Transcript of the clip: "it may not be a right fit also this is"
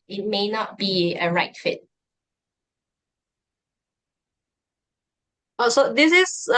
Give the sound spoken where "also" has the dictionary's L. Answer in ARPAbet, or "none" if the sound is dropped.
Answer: none